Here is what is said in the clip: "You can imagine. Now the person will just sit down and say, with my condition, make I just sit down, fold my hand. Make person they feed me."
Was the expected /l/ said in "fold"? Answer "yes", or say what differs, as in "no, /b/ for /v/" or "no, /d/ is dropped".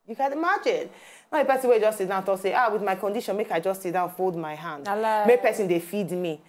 yes